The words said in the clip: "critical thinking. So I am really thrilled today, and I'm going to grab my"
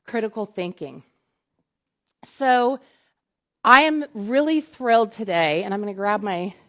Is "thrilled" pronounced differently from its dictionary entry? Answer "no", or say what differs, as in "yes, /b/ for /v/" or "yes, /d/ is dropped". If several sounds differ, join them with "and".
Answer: no